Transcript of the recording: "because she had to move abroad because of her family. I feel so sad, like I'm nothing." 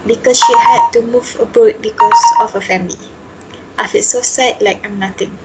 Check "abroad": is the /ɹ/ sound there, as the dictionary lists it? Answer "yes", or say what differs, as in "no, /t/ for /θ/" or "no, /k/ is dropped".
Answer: no, /ɹ/ is dropped